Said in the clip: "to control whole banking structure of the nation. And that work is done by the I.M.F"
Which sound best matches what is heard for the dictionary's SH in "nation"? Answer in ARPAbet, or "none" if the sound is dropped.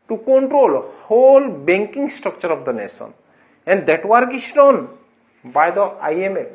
S